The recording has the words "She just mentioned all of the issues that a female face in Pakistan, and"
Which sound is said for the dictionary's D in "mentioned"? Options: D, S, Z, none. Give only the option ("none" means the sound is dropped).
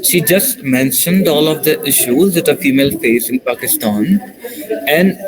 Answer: D